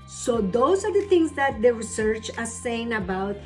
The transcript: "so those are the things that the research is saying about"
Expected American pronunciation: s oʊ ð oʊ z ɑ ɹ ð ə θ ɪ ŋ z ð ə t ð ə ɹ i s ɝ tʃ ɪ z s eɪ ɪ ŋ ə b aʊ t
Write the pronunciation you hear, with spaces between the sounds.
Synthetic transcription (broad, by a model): s oʊ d oʊ s ɑ ɹ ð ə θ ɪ ŋ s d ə t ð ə ɹ i s ɝ tʃ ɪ s eɪ ɪ ŋ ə b aʊ t